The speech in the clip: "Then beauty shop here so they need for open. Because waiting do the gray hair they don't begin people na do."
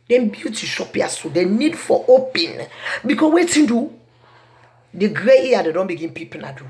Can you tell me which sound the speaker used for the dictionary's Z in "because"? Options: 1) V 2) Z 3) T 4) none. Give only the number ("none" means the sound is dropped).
4